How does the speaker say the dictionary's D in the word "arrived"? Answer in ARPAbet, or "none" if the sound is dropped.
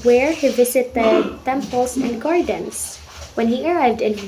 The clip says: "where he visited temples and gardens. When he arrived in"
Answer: D